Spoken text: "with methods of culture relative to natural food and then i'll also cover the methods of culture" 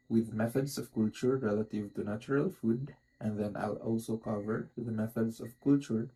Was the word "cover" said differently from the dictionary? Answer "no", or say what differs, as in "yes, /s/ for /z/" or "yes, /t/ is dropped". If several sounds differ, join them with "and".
no